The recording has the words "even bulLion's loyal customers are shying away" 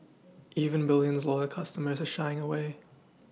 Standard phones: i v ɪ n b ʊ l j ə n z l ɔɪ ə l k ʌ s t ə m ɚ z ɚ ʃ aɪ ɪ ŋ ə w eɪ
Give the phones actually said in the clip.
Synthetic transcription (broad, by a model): i v ɪ n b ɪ l j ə n z l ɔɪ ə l k ʌ s t ə m ɚ z ɚ ʃ aɪ ɪ ŋ ə w eɪ